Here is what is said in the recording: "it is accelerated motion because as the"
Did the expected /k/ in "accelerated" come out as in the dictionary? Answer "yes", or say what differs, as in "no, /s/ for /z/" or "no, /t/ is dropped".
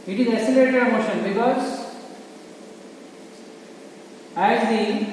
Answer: no, /k/ is dropped